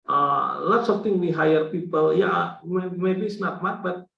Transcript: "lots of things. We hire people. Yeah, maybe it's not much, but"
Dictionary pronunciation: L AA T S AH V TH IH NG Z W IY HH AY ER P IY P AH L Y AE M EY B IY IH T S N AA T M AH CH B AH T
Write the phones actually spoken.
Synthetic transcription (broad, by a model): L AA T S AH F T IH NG W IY HH AY ER P IY P AH L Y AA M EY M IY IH S N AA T M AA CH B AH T